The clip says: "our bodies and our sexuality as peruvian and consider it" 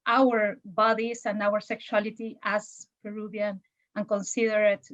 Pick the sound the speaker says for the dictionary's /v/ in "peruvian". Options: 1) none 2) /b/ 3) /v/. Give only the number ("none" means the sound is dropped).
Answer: 2